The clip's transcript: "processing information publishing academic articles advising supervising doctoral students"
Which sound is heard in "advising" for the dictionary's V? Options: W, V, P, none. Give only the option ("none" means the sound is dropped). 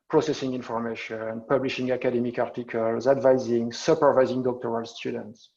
V